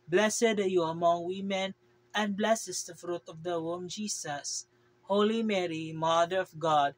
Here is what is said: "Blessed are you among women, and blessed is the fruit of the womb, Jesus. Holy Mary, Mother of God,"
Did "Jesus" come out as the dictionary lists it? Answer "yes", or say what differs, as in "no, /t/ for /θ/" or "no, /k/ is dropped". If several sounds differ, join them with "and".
no, /s/ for /z/